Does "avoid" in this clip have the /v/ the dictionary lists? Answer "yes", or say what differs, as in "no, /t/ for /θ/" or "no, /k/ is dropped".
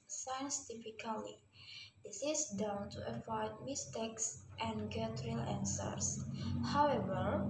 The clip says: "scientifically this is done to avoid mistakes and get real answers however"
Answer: no, /f/ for /v/